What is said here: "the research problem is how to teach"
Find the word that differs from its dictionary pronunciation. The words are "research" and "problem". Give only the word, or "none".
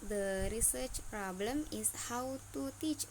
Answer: none